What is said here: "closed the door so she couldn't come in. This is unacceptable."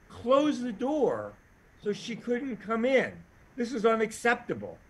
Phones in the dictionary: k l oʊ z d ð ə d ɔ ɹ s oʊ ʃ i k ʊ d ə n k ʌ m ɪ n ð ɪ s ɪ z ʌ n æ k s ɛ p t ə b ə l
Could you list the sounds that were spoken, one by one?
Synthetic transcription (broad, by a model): k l oʊ z ð ə d ɔ ɹ s oʊ ʃ i k ʊ d n k ʌ m ɪ n ð ɪ s ɪ z ʌ n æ k s ɛ p t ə b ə l